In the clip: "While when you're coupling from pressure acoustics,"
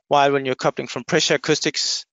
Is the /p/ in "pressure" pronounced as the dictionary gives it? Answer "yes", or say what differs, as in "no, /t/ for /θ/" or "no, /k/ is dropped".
yes